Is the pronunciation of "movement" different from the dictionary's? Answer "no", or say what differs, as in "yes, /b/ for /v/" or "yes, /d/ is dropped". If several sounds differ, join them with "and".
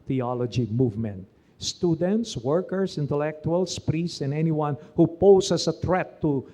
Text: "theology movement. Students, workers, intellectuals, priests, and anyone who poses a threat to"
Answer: no